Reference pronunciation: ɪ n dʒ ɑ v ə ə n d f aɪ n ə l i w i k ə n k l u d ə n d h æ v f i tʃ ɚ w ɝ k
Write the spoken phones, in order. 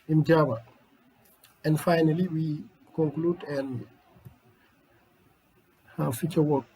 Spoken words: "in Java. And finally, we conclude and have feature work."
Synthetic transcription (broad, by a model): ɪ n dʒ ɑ b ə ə n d f aɪ n ə l i w i k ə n k l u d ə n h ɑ f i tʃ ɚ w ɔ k